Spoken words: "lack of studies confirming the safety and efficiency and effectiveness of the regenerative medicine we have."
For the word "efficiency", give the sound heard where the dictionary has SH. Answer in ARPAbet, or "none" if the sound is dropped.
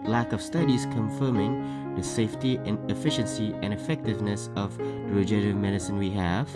SH